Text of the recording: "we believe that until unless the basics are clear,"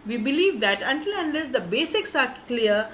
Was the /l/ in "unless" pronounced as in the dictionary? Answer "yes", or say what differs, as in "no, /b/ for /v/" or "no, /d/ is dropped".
yes